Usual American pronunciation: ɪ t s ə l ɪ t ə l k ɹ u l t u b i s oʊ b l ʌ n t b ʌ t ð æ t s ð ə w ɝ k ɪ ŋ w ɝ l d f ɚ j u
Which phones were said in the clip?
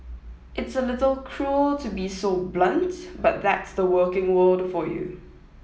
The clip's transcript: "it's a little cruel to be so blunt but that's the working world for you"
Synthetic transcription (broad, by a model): ɪ t s ə l ɪ t ə l k ɹ u l t u b i s oʊ b l ʌ n t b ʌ t ð æ t s ð ə w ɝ k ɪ ŋ w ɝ l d f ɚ j u